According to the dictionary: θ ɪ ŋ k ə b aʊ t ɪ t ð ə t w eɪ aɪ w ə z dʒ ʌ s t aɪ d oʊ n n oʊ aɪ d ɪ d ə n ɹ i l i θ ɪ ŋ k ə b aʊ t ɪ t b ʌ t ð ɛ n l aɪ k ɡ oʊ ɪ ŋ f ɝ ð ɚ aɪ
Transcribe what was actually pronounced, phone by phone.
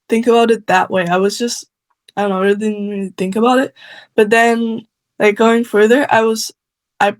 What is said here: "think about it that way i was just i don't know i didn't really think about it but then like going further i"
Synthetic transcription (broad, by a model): θ ɪ ŋ k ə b aʊ t ɪ t ð ə t w eɪ aɪ w ə z dʒ ʌ s t aɪ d oʊ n n oʊ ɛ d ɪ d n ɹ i i θ ɪ ŋ k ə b aʊ t ɪ t b ʌ t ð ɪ n l aɪ k ɡ oʊ ɪ ŋ f ɝ ð ɚ aɪ